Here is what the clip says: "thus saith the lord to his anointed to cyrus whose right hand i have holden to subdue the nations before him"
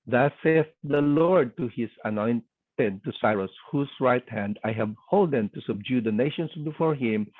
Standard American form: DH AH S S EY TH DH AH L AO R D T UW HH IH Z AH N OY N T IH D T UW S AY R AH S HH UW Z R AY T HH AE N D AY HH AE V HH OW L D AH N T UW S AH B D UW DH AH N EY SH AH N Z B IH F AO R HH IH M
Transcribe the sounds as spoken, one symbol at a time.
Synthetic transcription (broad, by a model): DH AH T S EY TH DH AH L AO R D T UW HH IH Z AH N OY N T IH D T UW S AY R AH S HH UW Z R AY T HH AE N D AY HH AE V HH OW L D AH N T UW S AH B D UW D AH N EY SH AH N S B IH F AO R HH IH M